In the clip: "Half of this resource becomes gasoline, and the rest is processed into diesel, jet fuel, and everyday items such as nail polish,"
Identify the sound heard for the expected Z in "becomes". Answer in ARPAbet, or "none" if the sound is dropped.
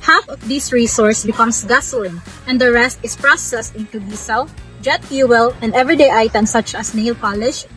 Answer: S